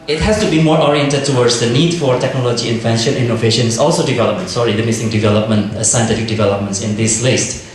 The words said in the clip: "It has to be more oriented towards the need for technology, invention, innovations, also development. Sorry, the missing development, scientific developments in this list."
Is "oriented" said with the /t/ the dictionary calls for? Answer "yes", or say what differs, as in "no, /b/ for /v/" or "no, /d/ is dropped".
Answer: yes